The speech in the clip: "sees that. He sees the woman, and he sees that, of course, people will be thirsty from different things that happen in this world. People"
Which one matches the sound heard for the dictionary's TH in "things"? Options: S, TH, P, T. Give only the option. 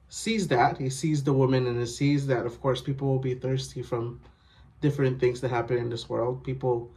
TH